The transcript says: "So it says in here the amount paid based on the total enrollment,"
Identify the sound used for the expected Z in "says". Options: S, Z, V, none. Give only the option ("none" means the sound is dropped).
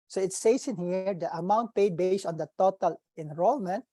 S